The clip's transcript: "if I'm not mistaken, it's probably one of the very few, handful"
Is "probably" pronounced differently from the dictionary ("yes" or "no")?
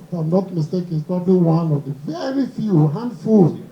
no